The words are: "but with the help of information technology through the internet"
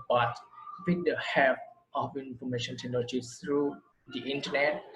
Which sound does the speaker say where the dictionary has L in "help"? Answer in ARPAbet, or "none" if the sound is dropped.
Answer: none